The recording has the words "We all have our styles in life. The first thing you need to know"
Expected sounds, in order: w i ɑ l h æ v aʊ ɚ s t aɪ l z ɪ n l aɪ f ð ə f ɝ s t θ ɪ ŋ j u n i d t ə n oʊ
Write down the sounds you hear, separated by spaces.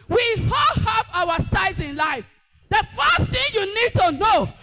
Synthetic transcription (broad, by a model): w i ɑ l h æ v aʊ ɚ s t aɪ z ɪ n l aɪ f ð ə f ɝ s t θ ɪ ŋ j u n i d t ə n oʊ